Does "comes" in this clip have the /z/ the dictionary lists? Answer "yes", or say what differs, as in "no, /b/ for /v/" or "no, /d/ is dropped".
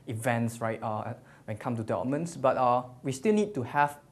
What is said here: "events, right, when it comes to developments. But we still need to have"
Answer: no, /z/ is dropped